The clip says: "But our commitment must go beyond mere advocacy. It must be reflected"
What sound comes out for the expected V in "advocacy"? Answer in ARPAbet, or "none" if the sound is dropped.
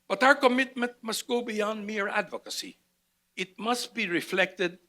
V